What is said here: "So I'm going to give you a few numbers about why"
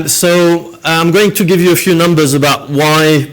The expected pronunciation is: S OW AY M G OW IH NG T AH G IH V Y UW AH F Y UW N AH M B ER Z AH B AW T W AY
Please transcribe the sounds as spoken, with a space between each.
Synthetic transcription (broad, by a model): S OW AY M G OW IH NG T AH G IH V Y AH F Y UW N AH M B ER Z AH B AW T W AY